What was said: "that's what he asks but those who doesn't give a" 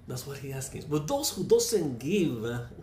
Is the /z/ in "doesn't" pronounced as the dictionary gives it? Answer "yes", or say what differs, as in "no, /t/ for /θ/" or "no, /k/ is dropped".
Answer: no, /s/ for /z/